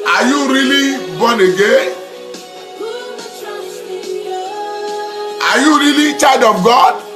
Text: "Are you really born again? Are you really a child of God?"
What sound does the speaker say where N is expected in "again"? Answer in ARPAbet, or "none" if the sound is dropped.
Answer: none